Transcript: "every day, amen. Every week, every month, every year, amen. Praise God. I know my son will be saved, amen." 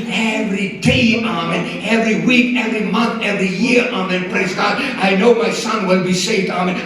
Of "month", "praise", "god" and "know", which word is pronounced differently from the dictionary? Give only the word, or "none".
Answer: none